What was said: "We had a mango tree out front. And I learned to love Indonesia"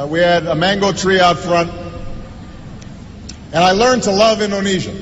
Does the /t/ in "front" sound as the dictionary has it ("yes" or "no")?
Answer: yes